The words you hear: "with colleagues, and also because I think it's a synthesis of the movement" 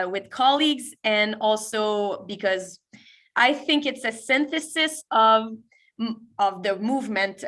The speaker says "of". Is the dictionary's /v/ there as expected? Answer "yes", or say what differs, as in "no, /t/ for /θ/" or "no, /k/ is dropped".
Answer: yes